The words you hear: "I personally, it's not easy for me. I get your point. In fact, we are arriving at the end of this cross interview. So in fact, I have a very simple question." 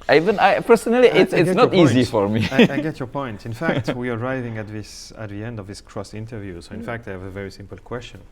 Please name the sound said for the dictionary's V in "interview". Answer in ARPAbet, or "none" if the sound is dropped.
V